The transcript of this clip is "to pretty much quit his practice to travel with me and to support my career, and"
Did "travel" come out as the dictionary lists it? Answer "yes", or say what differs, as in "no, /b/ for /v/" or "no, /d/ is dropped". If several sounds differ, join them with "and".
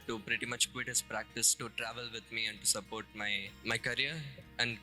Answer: yes